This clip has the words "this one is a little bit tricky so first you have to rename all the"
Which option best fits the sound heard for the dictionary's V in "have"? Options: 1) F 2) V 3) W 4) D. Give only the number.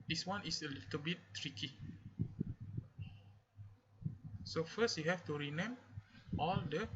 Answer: 1